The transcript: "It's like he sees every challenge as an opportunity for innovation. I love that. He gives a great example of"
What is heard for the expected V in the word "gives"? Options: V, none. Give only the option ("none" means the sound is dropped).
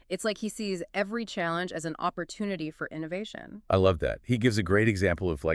V